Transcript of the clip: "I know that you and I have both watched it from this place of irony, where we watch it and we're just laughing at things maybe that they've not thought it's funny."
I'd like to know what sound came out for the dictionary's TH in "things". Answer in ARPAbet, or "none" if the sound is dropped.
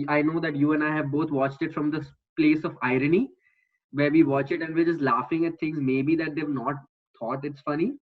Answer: T